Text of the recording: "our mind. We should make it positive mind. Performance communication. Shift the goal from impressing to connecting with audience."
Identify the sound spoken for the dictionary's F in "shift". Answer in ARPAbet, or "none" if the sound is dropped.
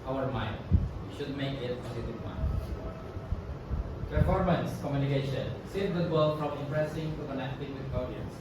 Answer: none